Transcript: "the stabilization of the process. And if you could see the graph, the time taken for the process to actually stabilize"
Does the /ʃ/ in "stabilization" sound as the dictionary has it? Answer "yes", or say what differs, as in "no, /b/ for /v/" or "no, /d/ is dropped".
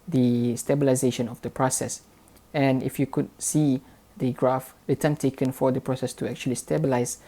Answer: yes